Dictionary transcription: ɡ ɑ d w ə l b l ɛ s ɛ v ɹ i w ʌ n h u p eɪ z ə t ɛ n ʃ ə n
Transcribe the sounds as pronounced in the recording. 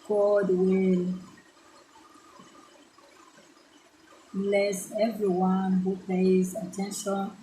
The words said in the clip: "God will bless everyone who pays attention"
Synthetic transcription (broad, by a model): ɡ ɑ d w ə l b l ɛ s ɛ v ɹ i w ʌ n h u p eɪ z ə t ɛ n ʃ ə n